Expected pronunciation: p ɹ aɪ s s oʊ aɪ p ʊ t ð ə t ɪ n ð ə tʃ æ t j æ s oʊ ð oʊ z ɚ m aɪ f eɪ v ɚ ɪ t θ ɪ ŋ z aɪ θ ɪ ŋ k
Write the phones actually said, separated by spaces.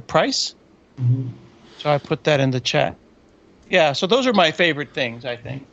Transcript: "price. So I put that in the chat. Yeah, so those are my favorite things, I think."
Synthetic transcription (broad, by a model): p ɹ aɪ s s oʊ aɪ p ʊ t ð ə t ɪ n ð ə tʃ æ t j æ s oʊ ð oʊ z ɚ m aɪ f eɪ v ɚ ɪ t θ ɪ ŋ z aɪ θ ɪ ŋ k